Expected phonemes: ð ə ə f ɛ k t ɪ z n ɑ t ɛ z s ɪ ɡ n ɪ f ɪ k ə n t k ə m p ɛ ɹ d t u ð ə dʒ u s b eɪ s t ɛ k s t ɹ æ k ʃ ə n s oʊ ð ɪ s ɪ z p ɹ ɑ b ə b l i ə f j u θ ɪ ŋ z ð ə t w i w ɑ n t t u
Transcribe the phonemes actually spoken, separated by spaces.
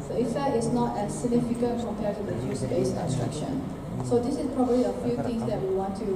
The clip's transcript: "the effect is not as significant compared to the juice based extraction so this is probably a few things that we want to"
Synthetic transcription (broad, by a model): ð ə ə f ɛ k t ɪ s n ɑ t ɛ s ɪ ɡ n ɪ f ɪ k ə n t k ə m p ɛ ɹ t u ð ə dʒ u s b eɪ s ɛ s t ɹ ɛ k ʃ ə n s oʊ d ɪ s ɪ s p ɹ ɑ b ə b l i ə f j u t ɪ ŋ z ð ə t w i w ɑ n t t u